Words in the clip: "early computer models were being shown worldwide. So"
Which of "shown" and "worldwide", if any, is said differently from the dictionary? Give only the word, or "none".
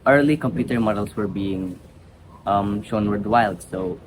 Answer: worldwide